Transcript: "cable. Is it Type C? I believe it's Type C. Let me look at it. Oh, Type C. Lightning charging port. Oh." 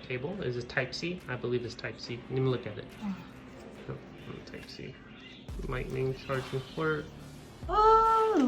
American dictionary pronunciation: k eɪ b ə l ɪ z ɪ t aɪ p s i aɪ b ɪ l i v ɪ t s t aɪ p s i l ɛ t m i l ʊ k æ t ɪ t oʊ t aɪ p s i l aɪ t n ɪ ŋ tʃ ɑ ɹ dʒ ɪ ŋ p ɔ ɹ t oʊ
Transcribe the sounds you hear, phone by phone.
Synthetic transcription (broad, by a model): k eɪ b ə l ɪ z ɪ t aɪ p s i aɪ b ɪ l i v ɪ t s t aɪ p s i n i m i l ʊ k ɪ t ɪ t oʊ t aɪ p s i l aɪ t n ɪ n tʃ ɑ ɹ dʒ ɪ ŋ f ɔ ɹ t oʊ